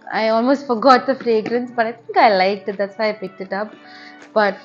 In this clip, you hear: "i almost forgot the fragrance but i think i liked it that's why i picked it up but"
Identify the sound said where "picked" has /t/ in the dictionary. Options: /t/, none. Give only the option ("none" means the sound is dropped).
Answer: /t/